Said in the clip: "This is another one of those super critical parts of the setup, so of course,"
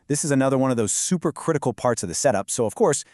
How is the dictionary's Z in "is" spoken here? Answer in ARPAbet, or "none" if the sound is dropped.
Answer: Z